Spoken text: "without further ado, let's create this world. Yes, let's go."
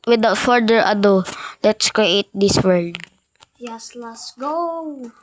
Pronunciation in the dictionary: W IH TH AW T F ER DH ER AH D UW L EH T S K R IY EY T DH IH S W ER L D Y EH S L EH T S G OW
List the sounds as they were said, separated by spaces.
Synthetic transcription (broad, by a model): W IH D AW T F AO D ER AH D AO L EH T S K R IY EY T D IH S W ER D Y EH S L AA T S G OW